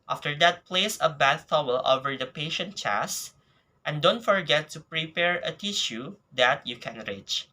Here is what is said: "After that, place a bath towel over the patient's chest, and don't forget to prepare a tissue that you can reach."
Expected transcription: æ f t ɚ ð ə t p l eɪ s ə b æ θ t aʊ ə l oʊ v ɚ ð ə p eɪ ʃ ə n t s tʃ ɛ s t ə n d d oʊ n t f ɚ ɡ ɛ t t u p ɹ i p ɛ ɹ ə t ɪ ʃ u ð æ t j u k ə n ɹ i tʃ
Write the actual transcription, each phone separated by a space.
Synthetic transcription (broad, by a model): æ f t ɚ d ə t p l eɪ s ə b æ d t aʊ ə l oʊ v ɚ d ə p eɪ ʃ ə n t tʃ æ s t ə n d d oʊ n t f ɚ ɡ ɛ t t u p ɹ i p ɛ ɹ ə t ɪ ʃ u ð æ t j u k ə n ɹ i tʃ